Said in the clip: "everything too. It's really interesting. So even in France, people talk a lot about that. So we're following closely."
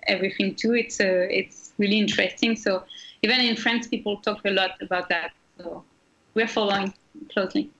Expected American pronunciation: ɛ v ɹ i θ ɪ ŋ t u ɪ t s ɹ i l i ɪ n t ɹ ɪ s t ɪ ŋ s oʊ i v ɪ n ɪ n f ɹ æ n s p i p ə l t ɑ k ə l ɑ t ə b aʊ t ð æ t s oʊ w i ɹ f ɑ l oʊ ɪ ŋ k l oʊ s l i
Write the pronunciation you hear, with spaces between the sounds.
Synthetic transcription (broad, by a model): ɛ v ɹ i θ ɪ ŋ t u ɪ t s ɹ i l i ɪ n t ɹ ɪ s t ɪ ŋ s oʊ i v ɪ n ɪ n f ɹ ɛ n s p i p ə l t ɑ k ə l ɑ t ə b aʊ t ð æ t s oʊ w i ɹ f ɑ l oʊ ɪ ŋ k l oʊ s l i